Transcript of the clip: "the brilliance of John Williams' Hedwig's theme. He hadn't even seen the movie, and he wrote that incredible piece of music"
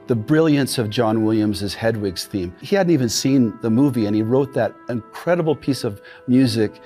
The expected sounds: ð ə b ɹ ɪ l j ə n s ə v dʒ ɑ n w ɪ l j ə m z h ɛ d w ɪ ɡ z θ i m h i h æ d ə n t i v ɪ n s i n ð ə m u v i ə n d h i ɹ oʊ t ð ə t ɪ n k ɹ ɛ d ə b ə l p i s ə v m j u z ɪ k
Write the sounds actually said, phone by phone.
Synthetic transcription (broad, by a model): ð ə b ɹ ɪ l j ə n s ə v dʒ ɑ n w ɪ l j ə m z h ɛ d w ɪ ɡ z θ i m h i h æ d n t i v ɪ n s i n ð ə m u v i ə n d i ɹ oʊ t ð ə t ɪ n k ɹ ɛ d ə b l p i s ə v m j u z ɪ k